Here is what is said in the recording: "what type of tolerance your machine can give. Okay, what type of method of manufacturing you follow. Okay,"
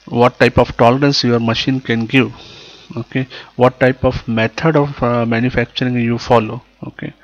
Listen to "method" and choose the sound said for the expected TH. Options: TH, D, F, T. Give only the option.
T